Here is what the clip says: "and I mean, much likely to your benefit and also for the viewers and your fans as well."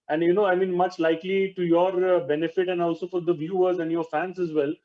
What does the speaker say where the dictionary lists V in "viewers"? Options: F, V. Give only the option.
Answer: V